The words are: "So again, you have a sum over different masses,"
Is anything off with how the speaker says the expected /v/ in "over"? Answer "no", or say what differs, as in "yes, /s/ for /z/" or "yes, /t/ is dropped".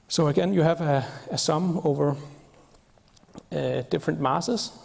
no